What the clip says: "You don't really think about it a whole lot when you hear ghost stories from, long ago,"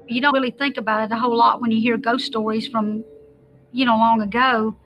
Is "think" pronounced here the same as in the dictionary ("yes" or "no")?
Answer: yes